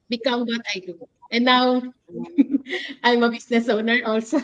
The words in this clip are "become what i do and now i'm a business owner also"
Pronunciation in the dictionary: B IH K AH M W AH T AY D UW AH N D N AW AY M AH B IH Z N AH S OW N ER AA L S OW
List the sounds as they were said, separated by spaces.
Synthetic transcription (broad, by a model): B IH K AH M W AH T AY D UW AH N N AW AY M AH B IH S N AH S OW N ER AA L S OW